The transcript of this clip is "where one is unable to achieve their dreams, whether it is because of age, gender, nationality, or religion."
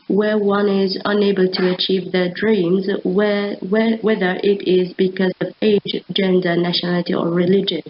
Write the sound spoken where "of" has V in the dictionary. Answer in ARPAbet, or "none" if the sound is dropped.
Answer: V